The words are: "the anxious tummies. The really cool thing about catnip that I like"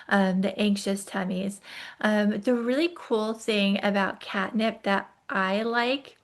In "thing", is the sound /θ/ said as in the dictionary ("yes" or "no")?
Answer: yes